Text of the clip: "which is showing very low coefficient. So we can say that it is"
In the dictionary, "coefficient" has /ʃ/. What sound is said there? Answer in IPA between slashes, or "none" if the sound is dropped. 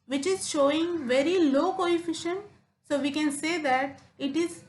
/ʃ/